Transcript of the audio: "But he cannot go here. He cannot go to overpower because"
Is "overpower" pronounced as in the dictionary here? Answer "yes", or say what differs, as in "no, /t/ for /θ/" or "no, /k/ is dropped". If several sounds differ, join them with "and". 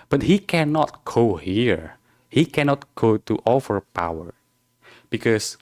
no, /f/ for /v/